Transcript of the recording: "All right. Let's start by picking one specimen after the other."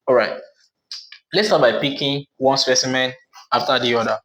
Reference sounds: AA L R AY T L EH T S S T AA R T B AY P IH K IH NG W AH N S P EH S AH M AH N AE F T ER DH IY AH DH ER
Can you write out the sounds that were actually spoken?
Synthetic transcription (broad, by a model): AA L R AY T L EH T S S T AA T B AY P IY K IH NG W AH N S P EH S AH M AH N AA F T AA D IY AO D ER